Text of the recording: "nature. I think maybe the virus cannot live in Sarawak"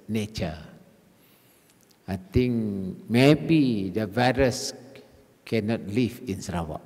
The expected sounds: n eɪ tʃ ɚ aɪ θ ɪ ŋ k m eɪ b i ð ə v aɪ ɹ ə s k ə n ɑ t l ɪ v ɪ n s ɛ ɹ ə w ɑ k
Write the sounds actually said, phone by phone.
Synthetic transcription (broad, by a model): n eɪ tʃ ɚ aɪ t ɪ ŋ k m eɪ b i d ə v aɪ ɹ ə s k ə n ɑ t l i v ɪ n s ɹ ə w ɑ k